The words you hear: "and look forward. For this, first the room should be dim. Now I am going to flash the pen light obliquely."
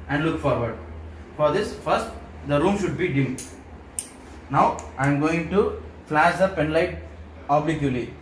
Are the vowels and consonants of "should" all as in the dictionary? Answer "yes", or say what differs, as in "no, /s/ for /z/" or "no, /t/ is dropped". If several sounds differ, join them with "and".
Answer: yes